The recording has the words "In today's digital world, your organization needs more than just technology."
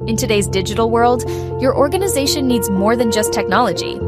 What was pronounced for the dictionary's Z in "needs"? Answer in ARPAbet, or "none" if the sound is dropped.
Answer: Z